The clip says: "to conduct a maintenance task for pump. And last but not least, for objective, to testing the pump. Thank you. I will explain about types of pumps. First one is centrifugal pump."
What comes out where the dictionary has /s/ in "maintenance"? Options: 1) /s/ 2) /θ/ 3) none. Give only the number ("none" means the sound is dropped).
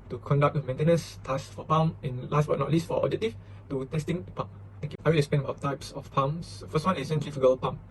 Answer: 1